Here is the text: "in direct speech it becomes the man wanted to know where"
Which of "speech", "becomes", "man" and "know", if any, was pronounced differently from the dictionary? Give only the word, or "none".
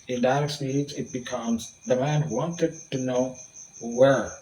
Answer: speech